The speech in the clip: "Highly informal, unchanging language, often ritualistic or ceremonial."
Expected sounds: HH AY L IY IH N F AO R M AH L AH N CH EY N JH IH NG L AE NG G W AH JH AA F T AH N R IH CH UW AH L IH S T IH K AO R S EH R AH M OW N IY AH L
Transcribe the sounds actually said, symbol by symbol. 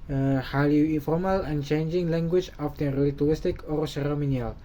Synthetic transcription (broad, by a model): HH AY L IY IH N F AO R M AH L AH N CH EY N JH IH NG L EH NG G W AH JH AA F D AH R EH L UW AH IH S T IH K AO R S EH R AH M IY N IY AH L